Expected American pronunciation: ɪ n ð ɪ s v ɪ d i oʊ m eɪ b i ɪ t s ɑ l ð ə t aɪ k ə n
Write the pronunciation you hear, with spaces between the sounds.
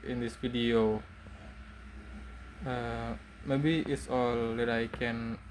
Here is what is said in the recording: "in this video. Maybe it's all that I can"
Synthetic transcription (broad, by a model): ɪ n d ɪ s f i d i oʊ m eɪ b i ɪ t s ɑ l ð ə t aɪ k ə n